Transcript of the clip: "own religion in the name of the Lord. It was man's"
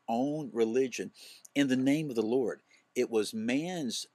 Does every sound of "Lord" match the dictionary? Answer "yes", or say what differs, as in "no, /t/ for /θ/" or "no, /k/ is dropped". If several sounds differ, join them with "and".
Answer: yes